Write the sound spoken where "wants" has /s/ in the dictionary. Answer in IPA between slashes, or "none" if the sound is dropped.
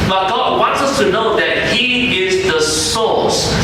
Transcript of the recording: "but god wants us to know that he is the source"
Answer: /s/